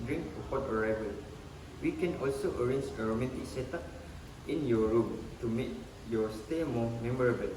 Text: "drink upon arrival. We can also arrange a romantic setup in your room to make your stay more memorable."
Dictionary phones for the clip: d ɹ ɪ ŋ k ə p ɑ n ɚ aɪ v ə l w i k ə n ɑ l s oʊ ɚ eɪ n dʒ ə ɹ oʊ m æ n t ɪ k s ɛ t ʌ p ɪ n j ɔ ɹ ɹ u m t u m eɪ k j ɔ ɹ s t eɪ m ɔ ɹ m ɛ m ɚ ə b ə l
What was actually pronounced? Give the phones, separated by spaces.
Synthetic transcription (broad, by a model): d ɹ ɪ ŋ k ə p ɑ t ɚ aɪ v ə l w i k ə n ɑ l s oʊ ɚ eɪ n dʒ ə ɹ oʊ m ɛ t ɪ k s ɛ t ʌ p ɪ n j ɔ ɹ ɹ u m t u m eɪ k j ɔ s t eɪ m ɔ m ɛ m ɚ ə b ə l